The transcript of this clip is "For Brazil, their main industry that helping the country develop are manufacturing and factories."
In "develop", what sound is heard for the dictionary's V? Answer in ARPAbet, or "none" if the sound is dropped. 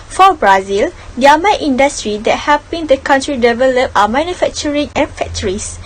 V